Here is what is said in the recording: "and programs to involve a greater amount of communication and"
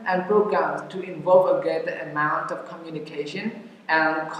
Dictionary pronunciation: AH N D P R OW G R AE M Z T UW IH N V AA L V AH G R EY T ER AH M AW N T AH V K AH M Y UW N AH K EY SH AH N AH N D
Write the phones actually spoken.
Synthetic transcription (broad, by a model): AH N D P R OW G R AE M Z T UW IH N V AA L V AH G EY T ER AH M AW N T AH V K AH M Y UW N AH K EY SH AH N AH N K